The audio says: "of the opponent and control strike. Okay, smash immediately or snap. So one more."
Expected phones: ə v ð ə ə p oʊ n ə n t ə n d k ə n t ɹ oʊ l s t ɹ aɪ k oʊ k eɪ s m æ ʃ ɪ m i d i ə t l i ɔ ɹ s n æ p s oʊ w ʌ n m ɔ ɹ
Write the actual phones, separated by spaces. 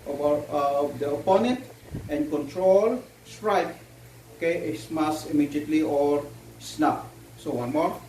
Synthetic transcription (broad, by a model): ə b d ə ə p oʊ n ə n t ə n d k ə n t ɹ oʊ l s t ɹ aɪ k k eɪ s m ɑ s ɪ m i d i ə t l i ɔ ɹ s n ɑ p s oʊ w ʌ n m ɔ ɹ